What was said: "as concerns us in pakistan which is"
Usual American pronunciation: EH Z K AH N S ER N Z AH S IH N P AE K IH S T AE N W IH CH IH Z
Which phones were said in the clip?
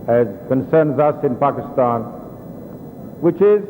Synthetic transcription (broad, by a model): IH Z K AH N S ER N Z AH S IH N P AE K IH S T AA N W IH CH IH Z